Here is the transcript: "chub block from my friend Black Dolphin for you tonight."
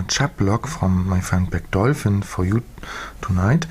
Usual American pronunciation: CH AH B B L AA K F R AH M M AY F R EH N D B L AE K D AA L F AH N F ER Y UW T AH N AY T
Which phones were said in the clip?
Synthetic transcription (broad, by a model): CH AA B B L AA K F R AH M M AY F EH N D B AE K D AA L F AH N F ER Y UW T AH N AY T